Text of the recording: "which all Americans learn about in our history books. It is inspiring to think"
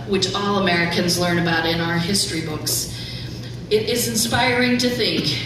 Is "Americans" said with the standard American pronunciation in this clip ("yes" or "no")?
yes